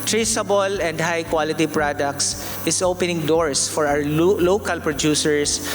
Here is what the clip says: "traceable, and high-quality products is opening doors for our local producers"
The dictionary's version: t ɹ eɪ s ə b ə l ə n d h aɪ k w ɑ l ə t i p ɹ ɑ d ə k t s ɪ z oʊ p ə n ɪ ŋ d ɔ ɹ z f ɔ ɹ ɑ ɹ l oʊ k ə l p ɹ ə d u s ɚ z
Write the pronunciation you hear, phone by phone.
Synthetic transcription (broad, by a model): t ɹ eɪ s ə b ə l ə n d h aɪ k w ɑ l ə t i p ɹ ɑ d ə k t s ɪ s oʊ p ə n ɪ ŋ d ɔ ɹ s f ɔ ɹ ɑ w l oʊ k ə l p ɹ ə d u s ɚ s